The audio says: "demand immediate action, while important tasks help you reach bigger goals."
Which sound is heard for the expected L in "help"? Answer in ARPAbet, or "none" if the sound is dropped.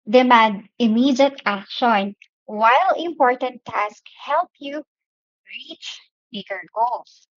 L